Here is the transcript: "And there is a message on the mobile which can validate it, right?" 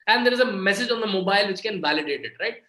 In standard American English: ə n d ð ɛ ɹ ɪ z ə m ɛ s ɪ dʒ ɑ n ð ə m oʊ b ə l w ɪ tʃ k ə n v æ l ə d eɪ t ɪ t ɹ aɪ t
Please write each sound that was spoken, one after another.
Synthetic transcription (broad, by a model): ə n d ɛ ɹ ɪ z ə m ɛ s ɪ dʒ ɑ n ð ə m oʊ b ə l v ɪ tʃ k ə n v æ l ə d eɪ t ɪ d ɹ aɪ t